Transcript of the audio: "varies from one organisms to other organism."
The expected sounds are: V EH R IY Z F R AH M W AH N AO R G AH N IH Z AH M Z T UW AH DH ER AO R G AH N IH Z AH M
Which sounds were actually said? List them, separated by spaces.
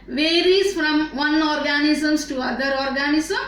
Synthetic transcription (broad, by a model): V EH R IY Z F R AH M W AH N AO R G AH N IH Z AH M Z T UW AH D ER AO R G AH N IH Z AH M